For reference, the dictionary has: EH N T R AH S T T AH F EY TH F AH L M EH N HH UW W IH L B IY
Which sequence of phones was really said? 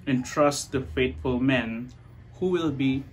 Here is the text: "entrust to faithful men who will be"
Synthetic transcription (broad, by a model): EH N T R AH S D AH F EY T F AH L M EH N HH UW W IH L B IY